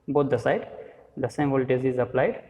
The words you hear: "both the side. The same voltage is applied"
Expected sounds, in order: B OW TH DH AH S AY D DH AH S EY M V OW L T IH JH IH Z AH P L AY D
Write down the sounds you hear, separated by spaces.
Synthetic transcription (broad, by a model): B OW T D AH S AY D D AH S EY M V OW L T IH Z IH Z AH P L AY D